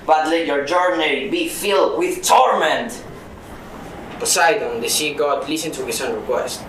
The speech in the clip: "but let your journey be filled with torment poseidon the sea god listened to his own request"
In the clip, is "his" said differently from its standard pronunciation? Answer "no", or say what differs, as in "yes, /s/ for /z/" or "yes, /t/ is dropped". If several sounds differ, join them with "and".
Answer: yes, /s/ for /z/